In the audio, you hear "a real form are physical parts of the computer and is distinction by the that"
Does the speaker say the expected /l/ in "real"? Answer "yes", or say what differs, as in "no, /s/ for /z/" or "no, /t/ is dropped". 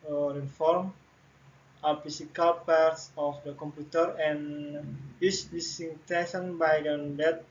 no, /n/ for /l/